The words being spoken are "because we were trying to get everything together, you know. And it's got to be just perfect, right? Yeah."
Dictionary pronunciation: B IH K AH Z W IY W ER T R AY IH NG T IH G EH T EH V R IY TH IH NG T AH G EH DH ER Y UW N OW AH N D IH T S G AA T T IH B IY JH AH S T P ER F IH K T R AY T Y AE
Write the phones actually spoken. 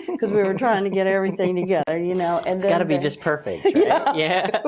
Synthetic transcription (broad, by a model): K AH Z W IY W ER T R AY IH NG T IH G EH T EH V R IY TH IH NG T AH G EH DH ER Y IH N OW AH N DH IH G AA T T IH B IY JH AH S P ER F IH K T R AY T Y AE